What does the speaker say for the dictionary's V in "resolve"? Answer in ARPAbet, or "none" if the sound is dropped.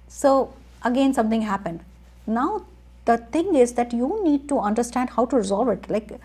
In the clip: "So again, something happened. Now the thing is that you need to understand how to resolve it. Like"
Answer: V